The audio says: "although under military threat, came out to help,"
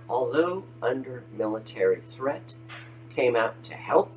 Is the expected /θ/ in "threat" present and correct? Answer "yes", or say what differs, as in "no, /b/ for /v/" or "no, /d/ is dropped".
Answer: yes